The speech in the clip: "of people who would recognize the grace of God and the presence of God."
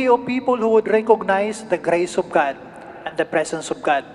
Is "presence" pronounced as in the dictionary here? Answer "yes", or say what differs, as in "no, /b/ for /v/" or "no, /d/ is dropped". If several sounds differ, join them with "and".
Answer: no, /s/ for /z/